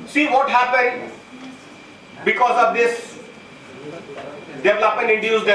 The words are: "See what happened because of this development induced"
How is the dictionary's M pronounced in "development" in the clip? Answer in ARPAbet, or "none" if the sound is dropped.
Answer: none